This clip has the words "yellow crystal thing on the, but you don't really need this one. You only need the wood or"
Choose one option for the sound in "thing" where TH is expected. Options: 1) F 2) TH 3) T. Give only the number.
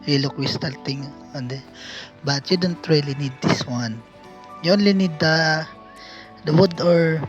3